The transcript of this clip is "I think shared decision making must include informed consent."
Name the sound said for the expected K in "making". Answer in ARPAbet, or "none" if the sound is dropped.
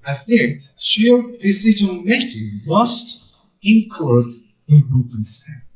K